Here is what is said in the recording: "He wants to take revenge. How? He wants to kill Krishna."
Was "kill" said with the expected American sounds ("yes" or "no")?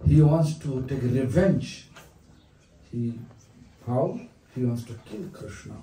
yes